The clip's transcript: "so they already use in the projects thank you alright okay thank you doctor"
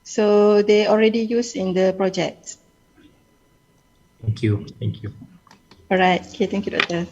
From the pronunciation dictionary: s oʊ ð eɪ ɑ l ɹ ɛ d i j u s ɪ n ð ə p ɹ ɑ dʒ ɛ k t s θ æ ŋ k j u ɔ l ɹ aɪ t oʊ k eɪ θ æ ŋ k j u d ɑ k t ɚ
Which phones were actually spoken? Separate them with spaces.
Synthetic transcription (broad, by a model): s oʊ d eɪ ɑ l ɹ ɛ d i j u s ɪ n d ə p ɹ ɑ dʒ ɛ k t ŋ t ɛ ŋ k j u ɔ ɹ aɪ t oʊ k eɪ t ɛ ŋ k j u d ɑ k t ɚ